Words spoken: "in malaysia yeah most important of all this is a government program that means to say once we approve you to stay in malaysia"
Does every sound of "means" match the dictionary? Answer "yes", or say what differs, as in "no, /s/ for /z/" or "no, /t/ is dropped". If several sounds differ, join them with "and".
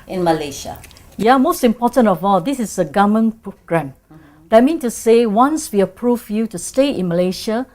no, /z/ is dropped